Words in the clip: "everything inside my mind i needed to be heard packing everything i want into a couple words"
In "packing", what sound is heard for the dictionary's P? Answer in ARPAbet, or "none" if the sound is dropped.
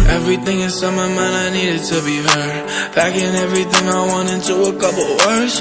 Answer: B